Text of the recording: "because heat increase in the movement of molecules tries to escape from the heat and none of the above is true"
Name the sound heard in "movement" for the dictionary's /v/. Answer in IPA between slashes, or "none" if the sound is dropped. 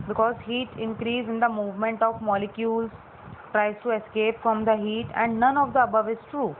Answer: /v/